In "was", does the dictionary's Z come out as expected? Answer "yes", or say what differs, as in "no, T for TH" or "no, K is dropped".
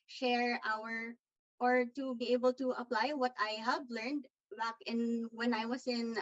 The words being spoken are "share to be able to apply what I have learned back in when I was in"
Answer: no, S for Z